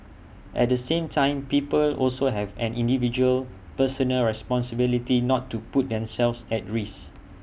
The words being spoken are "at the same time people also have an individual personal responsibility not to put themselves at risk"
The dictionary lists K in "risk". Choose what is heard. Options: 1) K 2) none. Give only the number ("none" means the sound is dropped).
2